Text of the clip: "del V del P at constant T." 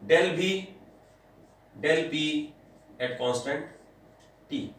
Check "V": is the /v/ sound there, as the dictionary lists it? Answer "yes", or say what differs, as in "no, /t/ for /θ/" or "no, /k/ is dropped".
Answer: no, /b/ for /v/